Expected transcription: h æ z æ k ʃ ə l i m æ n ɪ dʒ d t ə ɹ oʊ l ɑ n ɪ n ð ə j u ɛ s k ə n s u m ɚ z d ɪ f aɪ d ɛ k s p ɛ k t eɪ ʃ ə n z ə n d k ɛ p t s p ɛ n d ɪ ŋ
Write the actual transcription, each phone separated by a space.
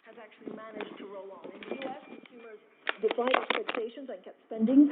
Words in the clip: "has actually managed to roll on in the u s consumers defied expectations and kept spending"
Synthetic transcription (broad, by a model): h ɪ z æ k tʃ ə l i m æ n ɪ dʒ t ə ɹ oʊ l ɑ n ɪ n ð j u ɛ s k ə n s u m ɚ z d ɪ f aɪ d ɛ k s p ɛ k t eɪ ʃ ə n z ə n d k ɛ p t s p ɛ n d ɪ ŋ